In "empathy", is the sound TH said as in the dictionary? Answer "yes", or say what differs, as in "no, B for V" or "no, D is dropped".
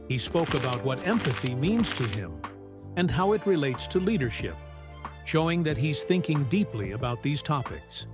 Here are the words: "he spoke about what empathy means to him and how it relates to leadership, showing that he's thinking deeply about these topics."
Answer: yes